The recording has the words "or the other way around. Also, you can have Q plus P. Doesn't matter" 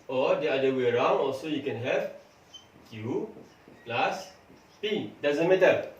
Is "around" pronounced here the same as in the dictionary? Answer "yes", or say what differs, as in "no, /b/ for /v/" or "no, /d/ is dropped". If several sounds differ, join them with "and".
yes